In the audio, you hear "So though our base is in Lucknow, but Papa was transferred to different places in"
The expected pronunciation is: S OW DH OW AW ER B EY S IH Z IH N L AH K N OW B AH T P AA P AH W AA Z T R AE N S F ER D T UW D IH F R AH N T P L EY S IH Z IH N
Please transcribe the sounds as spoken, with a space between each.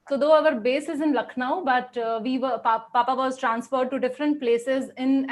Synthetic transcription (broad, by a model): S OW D OW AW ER B EY S IH Z IH N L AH K N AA B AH T P AA P AH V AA Z T R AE N S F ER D T UW D IH F R AH N T P L EY S IH Z IH N